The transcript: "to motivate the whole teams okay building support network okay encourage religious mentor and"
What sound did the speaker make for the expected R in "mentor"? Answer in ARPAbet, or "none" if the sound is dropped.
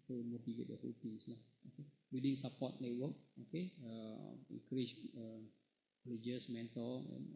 L